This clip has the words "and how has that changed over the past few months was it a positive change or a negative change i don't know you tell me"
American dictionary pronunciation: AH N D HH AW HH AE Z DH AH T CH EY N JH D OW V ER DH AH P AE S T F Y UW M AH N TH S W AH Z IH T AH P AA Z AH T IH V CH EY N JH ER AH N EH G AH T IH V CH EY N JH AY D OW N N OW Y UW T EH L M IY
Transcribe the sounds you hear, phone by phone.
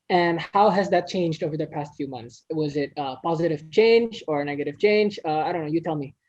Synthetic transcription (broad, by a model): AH N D HH AW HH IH Z DH AH T CH EY N JH D OW V ER DH AH P AE S T F Y UW M AH N TH S W AH Z IH T AH P AA Z AH T IH V CH EY N JH ER N EH G AH T IH V CH EY N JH AY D OW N N OW Y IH T EH L M IY